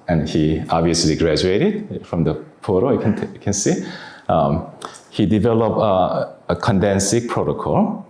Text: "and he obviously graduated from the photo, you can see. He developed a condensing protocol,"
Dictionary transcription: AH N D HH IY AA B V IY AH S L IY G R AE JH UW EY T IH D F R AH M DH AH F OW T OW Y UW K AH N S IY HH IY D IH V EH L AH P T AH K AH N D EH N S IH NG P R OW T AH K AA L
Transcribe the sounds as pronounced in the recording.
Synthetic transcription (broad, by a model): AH N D HH IY AA B V IY AH S L IY G R AE JH UW EY T IH D F R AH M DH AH P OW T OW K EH K AH N S IY HH IY D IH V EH L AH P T AH K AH N D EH N S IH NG P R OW T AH K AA L